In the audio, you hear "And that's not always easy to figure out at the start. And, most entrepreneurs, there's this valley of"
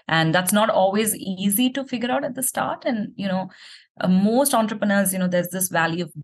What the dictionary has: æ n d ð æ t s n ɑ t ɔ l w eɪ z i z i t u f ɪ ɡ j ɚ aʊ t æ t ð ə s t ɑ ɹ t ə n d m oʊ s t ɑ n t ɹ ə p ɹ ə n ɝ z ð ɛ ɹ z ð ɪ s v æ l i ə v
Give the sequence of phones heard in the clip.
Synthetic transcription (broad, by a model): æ n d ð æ t s n ɑ t ɔ l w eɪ z i z i t u f ɪ ɡ j ɚ aʊ t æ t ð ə s t ɑ ɹ t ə n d m oʊ s t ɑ n t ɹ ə p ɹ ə n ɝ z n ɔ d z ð ɪ s v æ l i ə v